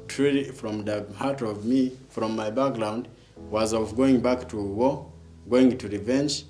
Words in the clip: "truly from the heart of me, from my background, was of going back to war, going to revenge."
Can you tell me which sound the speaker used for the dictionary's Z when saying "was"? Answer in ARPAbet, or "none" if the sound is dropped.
Z